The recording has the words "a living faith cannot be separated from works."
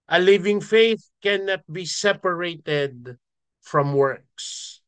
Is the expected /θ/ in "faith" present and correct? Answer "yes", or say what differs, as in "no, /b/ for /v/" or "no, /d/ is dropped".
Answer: yes